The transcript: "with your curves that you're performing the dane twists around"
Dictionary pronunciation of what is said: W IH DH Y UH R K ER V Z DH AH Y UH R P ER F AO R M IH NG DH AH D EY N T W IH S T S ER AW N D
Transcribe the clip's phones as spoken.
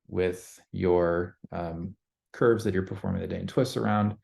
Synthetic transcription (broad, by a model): W IH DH Y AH R K ER V Z DH AH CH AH R P ER F AO R M IH NG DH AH D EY N T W IH S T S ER AW N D